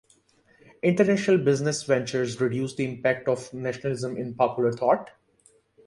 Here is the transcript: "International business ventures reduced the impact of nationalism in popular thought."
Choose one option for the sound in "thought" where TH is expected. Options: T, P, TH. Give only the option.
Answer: T